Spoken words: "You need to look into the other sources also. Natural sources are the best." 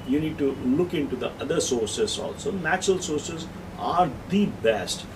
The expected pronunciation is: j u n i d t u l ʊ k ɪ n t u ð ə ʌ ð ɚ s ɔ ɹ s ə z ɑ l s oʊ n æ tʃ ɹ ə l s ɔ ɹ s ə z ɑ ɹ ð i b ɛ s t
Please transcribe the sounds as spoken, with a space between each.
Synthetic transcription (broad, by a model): j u n i d t u l ʊ k ɪ n t u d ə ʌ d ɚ s ɔ ɹ s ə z ɑ l s oʊ n æ tʃ ɹ ə l s ɔ ɹ s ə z ɑ ɹ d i b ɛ s t